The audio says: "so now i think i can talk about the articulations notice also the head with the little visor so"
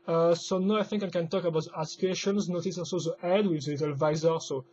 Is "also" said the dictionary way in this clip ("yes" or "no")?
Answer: no